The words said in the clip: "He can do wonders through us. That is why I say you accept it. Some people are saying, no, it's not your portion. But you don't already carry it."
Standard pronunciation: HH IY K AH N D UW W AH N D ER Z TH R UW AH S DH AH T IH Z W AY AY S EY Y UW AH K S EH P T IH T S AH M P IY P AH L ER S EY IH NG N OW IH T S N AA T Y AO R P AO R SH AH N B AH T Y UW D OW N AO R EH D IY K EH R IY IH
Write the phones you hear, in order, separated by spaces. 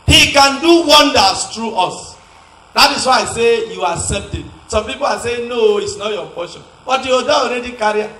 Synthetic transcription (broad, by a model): HH IY K AH N D UW W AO N D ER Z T R UW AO S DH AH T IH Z W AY AY S EY Y UW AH S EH T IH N S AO M P IY P AH L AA S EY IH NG N OW IH T S N AA T Y AO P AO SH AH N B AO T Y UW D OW AO R EH D IY K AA R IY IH